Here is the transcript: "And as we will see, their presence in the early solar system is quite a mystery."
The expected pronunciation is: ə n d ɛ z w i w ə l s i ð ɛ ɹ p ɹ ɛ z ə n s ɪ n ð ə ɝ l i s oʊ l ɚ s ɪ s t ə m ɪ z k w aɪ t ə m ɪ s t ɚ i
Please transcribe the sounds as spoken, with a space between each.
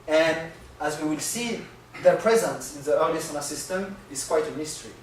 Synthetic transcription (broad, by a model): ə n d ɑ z w i w ə l s i ð ɛ ɹ p ɹ ɛ z ə n s ɪ n ð ə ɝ l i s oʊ n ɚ s ɪ s t ə m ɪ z k w aɪ t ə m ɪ s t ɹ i